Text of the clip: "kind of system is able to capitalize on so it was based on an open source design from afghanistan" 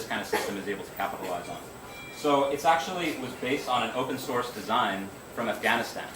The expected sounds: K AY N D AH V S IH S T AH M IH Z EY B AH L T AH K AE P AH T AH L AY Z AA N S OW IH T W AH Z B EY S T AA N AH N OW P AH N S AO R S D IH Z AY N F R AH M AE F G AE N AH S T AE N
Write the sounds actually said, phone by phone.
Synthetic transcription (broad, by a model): K AY N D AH S IH S T AH M IH Z EY B L T AH K AE P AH T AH L AY Z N S OW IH T W AH Z B EY S T N AH N OW P AH N S AO R S D IH Z AY N F R AH M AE F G AE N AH S T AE N